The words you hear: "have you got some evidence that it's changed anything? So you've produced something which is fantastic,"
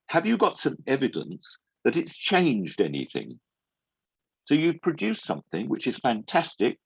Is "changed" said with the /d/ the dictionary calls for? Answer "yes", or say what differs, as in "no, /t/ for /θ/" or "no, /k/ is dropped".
yes